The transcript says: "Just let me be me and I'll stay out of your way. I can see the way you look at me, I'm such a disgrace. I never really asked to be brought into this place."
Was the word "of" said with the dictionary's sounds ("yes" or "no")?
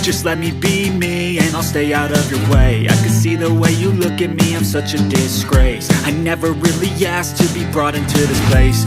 yes